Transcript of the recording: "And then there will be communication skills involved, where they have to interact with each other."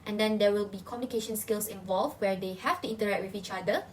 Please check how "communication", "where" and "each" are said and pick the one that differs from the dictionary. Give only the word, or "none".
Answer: none